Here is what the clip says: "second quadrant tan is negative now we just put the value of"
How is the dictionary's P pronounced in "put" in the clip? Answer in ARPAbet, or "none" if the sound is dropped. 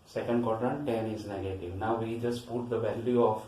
P